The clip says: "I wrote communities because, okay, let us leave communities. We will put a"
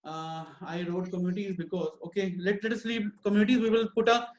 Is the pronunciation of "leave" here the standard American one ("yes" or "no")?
no